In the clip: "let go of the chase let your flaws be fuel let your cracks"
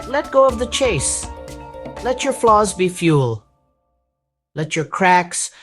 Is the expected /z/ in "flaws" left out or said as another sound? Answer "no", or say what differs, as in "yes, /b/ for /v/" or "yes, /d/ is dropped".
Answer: no